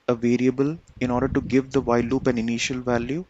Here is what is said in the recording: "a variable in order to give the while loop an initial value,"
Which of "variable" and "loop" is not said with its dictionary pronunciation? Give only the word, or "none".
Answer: none